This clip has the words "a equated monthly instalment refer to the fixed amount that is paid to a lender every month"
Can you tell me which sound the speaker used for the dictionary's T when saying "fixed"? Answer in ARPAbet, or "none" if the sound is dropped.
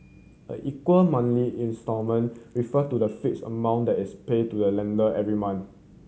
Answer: none